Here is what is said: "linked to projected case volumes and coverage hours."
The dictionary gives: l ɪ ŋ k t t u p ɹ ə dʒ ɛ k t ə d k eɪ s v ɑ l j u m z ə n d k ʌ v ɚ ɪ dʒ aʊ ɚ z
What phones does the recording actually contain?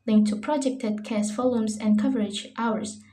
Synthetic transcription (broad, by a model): l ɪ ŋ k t t u p ɹ ə dʒ ɛ k t ə d k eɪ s f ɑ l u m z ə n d k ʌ v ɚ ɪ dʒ aʊ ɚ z